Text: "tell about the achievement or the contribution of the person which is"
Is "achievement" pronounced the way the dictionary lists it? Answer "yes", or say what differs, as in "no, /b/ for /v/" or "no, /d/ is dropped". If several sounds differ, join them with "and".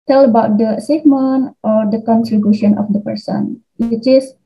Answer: no, /s/ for /tʃ/